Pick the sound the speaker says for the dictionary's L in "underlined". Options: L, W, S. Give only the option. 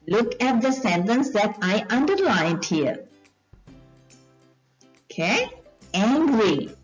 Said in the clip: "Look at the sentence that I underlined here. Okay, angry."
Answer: L